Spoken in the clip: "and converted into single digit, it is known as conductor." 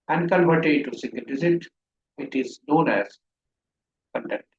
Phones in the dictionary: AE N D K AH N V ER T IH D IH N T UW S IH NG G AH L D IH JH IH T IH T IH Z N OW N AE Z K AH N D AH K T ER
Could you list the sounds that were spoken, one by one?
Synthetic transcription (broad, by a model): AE N D K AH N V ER T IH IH T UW S IH NG G AH L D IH Z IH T IH T IH Z N OW N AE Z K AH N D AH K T